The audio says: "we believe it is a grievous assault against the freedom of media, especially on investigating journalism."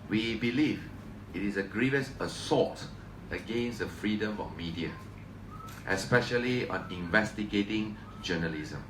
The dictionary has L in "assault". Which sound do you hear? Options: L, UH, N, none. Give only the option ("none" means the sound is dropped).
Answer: none